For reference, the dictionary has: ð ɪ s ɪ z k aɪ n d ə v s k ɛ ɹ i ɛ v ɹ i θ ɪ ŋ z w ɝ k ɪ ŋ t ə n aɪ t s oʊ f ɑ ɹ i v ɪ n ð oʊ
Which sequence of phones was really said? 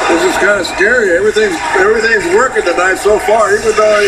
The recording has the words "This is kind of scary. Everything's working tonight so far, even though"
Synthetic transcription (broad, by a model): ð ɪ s ɪ z k aɪ n d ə s k ɛ ɹ i ɛ v ɹ i θ ɪ ŋ z w ɝ k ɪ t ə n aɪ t s oʊ f ɑ ɹ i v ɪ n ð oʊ